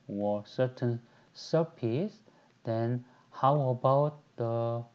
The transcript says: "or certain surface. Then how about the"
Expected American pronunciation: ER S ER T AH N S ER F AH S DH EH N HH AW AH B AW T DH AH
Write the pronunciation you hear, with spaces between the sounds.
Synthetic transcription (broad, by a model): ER S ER T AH N S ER P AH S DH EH N HH AW AH B AW T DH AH